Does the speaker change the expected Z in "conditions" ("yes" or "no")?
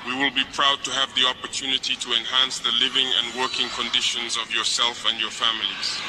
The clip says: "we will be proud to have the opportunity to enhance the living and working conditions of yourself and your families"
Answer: no